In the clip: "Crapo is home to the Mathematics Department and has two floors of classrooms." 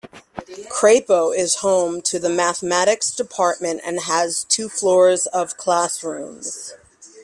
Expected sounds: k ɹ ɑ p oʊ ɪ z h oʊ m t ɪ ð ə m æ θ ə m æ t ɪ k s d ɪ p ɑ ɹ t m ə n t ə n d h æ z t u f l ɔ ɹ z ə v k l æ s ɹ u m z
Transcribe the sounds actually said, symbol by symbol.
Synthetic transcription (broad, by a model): k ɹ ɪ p oʊ ɪ z h oʊ m t ɪ ð ə m æ θ ə m æ t ɪ k s d ɪ p ɑ ɹ t m ə n t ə n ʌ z t u f l ɔ ɹ z ə v k l æ s ɹ u m z